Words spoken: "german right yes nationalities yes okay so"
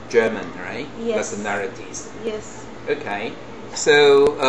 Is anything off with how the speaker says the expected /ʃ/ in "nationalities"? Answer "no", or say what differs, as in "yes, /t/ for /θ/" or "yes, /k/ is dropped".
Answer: yes, /s/ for /ʃ/